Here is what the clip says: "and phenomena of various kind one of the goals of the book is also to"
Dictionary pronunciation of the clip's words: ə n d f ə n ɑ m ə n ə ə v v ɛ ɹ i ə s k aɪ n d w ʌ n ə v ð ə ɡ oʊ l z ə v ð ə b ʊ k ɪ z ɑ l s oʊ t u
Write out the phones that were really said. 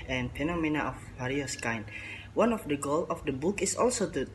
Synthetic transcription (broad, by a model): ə n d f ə n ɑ m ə n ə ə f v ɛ ɹ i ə s k aɪ n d w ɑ n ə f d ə ɡ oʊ l ə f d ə b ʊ k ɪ s ɑ l s oʊ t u